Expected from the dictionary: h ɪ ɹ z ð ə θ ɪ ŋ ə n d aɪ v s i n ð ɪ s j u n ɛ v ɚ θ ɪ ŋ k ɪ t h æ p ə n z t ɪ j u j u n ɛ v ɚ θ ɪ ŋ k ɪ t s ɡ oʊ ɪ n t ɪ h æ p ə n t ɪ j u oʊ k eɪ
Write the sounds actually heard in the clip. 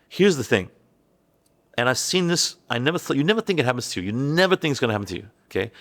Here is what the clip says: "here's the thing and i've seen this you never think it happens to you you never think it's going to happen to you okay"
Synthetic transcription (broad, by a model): h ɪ ɹ z ð ə θ ɪ ŋ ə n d aɪ v s i n ð ɪ s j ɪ n ɛ v ɚ θ ɪ ŋ k ɪ t h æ p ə n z t ɪ j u j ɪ n ɛ v ɚ θ ɪ ŋ k ɪ t s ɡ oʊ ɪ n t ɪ h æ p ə n t ɪ j u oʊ k eɪ